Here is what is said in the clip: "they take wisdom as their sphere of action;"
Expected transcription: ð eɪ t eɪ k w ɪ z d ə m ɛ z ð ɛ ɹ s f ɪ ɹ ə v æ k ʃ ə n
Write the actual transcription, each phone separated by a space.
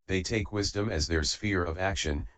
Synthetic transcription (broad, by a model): ð eɪ t eɪ k w ɪ z d ə m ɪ z ð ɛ ɹ s f ɪ ɹ ə v æ k ʃ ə n